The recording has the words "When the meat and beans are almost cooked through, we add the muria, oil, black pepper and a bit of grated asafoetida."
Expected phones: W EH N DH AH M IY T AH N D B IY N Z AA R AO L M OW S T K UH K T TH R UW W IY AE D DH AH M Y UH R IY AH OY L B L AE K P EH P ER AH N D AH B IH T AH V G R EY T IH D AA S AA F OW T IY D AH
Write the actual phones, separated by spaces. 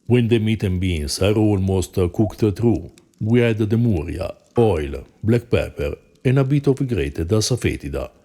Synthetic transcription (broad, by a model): W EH N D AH M IY T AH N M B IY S AA R AO L M OW S T K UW K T T R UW W IY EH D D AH M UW R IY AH OY L B L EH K P EH P ER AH N AH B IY T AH F G R EY T IH D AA S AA F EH T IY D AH